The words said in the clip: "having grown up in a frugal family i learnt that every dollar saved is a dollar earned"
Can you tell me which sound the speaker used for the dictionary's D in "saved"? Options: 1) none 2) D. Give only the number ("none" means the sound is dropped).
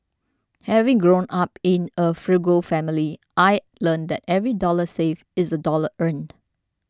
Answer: 1